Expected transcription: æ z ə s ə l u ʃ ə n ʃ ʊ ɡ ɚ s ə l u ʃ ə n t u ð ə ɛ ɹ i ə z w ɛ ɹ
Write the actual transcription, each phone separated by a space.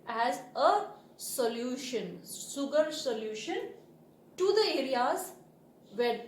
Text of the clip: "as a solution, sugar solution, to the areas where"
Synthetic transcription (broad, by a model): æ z ə s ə l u ʃ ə n s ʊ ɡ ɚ s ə l u ʃ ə n t u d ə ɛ ɹ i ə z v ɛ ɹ